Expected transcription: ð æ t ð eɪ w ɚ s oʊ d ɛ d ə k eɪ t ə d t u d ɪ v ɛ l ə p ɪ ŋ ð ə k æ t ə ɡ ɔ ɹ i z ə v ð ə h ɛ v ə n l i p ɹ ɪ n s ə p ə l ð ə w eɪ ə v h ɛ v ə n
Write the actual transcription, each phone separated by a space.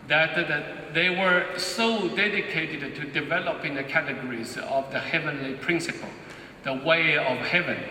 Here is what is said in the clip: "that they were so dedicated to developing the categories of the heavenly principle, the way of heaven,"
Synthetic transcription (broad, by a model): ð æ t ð eɪ w ɚ s oʊ d ɛ d ə k eɪ t ə d t u d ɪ v ɛ l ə p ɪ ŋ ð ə k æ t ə ɡ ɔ ɹ i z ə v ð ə h ɛ v ə n l i p ɹ ɪ n s ə p ə l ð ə w eɪ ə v h ɛ v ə n